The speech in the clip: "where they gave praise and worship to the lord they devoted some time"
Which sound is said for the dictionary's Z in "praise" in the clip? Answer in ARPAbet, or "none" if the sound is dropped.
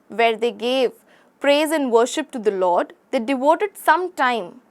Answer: Z